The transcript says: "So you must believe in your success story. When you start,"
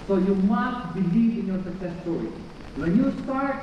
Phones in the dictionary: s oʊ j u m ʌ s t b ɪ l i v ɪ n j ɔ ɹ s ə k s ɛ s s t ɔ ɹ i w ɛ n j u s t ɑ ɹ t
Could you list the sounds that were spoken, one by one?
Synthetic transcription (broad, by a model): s oʊ j u m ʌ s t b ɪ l i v ɪ n j ɔ ɹ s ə s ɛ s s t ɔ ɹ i w ɛ n j u s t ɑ ɹ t